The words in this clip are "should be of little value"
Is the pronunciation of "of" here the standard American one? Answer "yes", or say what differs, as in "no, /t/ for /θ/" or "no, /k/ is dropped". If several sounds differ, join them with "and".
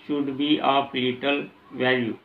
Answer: no, /p/ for /v/